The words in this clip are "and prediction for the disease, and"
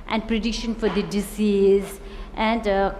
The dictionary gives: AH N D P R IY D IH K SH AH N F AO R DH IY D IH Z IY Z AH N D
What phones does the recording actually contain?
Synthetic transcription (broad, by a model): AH N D P R IY D IH K SH AH N F AO R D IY D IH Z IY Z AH N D